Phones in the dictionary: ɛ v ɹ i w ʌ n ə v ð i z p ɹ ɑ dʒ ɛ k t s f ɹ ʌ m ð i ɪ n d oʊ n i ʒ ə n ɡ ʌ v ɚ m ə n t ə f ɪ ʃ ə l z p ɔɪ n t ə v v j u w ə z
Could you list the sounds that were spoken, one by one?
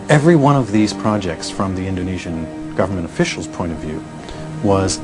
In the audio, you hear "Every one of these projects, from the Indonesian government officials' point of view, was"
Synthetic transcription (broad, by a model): ɛ v ɹ i w ʌ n ə v ð i z p ɹ ɑ dʒ ɛ k t s f ɹ ʌ m ð i ɪ n d oʊ n i ʒ ə n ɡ ʌ v ɚ m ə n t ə f ɪ ʃ l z p ɔɪ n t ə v v j u w ə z